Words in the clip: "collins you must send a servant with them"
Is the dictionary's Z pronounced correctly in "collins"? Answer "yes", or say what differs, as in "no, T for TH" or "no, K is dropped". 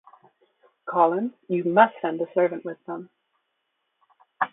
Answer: no, Z is dropped